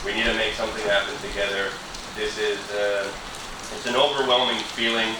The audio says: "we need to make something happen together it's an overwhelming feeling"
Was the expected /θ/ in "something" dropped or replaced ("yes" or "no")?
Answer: no